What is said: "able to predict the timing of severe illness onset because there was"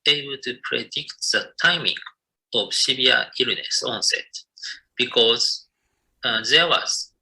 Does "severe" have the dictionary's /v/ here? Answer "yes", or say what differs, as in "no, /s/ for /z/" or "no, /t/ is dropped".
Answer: no, /b/ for /v/